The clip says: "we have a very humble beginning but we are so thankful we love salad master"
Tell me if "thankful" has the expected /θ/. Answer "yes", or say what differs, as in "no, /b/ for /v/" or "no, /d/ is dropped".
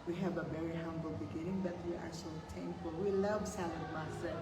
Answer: no, /t/ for /θ/